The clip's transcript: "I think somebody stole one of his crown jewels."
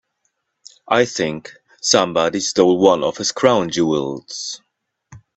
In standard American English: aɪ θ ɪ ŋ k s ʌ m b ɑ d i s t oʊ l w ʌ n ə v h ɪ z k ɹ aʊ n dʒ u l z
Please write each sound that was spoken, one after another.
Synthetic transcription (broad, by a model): aɪ θ ɪ ŋ k s ʌ m b ɑ d i s t oʊ l w ʌ n ə v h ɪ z k ɹ aʊ n dʒ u l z